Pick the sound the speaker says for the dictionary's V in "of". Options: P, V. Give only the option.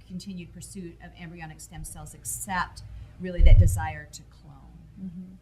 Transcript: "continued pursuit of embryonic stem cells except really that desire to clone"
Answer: V